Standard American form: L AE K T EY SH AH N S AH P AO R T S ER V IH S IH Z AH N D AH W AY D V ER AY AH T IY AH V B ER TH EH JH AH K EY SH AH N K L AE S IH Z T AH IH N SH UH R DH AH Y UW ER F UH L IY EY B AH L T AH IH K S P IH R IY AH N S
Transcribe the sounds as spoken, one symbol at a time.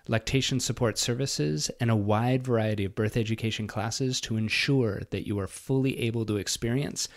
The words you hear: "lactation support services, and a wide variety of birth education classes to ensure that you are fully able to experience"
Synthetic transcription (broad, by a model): L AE K T EY SH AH N S AH P AO R T S ER V IH S IH Z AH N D AH W AY D V ER AY AH T IY AH V B ER TH EH JH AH K EY SH N K L AE S IH Z T AH IH N SH UH R DH AH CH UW ER F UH L IY EY B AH L T AH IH K S P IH R IY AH N S